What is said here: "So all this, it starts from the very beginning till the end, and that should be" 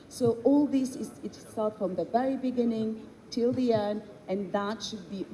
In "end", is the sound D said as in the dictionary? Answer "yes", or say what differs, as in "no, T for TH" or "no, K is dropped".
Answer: no, D is dropped